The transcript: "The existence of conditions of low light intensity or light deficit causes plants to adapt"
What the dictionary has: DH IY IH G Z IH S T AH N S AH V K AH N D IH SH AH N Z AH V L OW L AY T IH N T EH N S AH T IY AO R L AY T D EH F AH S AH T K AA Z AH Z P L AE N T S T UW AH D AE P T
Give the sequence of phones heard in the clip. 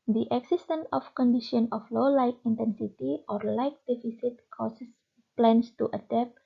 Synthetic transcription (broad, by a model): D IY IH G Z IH S T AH N AH F K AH N D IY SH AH N AH F L OW L AY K IH N T EH N S AH T IY AO R L AY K D EH F AH S AH T K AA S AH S P L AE N S T UW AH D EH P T